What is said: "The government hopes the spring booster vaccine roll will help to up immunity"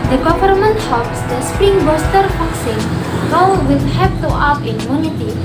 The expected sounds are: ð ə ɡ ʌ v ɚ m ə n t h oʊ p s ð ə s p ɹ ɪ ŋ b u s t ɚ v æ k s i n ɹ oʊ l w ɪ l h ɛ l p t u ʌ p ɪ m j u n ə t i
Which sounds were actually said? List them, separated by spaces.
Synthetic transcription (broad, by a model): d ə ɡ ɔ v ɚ m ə n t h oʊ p s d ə s p ɹ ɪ ŋ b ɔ s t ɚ f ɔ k s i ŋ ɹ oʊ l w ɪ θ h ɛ p t u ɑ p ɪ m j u n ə t i